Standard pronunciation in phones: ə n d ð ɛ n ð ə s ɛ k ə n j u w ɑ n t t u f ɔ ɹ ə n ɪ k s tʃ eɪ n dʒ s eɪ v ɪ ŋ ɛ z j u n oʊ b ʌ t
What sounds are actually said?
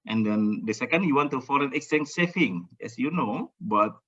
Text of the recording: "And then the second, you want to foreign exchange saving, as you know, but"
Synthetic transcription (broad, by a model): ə n d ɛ n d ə s ɛ k ə n j u w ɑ n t t u f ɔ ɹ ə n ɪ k s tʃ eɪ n s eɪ f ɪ ŋ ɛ s j u n oʊ b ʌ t